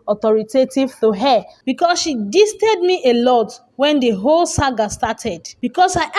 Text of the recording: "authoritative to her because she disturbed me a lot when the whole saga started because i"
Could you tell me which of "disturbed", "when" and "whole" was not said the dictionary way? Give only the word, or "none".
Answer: disturbed